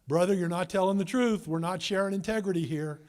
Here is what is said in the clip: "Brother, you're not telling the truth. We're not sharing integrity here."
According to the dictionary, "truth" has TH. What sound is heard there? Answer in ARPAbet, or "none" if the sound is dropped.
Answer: TH